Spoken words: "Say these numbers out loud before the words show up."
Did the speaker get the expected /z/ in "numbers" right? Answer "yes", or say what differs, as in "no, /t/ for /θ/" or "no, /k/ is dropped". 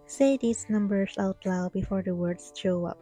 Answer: no, /s/ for /z/